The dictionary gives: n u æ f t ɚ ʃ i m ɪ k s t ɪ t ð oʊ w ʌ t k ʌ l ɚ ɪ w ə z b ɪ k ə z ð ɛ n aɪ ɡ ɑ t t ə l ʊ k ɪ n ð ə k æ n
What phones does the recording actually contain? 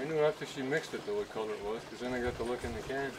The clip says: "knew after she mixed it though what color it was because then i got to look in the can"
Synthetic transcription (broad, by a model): n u æ f t ɚ ʃ i m ɪ k s t ɪ t ð oʊ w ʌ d k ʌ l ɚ ɪ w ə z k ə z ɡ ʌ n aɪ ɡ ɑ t t ə l ʊ k ɪ n ð ə k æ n